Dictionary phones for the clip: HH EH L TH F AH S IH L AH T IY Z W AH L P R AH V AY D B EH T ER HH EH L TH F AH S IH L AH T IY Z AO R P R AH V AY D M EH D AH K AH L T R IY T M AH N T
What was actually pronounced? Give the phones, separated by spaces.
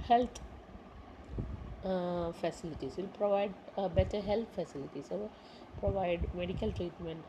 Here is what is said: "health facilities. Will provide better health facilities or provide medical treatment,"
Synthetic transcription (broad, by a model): HH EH L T F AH S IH L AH T IY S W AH L P R AH V AY D B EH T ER HH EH L T F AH S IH L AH T IY S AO L P R AH V AY D M EH D AH K AH L T R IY T M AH N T